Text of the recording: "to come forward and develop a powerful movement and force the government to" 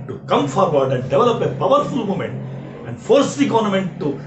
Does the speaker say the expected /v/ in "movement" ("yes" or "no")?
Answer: no